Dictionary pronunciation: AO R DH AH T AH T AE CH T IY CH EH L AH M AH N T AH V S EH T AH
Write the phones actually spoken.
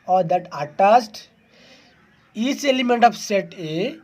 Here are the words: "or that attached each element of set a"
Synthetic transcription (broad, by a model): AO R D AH T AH T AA S T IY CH EH L AH M AH N T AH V S EH T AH